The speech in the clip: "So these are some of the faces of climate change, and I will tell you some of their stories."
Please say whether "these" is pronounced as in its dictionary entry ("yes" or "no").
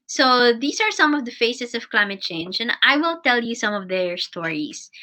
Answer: no